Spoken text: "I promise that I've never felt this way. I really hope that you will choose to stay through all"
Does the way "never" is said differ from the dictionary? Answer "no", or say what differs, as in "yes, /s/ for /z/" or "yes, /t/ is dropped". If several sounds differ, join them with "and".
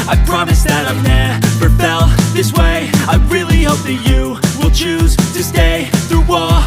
yes, /f/ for /v/